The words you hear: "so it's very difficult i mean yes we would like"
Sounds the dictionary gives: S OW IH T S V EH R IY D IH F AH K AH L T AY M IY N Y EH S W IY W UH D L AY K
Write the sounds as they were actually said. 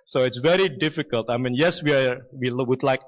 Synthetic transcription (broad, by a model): S OW IH T S V EH R IY D IH F AH K AH L T AY M IY N Y EH S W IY W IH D L AY K